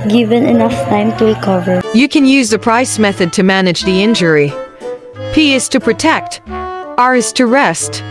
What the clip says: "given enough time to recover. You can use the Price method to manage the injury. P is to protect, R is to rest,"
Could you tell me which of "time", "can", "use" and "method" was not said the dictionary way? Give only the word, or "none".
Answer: none